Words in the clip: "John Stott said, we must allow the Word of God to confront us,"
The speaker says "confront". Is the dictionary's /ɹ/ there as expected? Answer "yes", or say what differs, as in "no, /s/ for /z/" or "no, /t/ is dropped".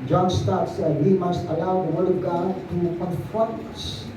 no, /ɹ/ is dropped